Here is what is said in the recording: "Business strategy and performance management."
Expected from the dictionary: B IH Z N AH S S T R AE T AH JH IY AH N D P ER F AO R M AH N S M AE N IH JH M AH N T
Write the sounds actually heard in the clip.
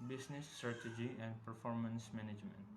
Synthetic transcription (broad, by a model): B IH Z N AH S S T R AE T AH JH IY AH N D P ER F AO R M AH N S M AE N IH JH M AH N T